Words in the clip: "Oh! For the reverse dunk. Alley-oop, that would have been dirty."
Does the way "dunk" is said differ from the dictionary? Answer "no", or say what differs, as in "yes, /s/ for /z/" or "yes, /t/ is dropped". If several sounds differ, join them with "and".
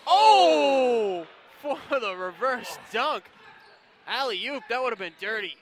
no